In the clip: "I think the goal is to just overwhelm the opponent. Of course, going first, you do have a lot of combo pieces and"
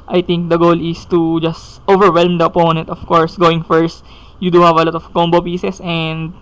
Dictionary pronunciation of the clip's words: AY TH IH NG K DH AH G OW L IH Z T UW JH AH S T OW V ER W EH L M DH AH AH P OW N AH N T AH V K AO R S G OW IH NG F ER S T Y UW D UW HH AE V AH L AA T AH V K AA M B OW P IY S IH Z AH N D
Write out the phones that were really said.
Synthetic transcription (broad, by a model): AY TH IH NG K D AH G OW L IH S T UW JH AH S T OW V ER W EH L M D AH AH P OW N AH N T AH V K AO R S G OW IH NG F ER S T Y UW D UW HH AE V AH L AA T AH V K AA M B OW P IY S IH S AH N D